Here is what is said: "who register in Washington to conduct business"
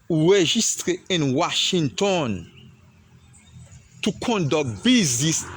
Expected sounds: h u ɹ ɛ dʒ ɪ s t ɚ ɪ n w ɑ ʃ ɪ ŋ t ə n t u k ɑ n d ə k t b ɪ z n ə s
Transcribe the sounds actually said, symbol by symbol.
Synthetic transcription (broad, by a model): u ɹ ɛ ʒ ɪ s t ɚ ɪ n w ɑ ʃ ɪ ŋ t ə n t u k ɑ n d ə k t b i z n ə s